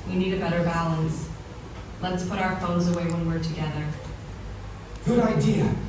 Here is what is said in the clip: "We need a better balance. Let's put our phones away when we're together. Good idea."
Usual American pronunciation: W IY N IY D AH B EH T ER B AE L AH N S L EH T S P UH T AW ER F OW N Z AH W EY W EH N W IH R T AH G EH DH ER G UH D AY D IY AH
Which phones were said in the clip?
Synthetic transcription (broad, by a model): W IY N IY D AH B EH T ER B AE L AH N S L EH T S P UH T AW ER F OW N Z AH W EY W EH N W IH R T AH G EH DH ER G UH D AY D IY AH